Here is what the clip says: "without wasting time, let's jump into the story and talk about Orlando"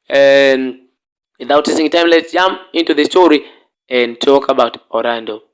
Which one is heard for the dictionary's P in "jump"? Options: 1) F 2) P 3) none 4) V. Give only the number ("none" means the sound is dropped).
3